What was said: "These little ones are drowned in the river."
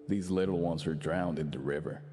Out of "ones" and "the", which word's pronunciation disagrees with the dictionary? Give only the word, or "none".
none